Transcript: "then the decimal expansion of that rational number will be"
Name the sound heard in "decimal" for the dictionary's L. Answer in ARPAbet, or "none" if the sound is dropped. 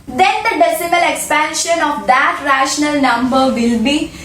L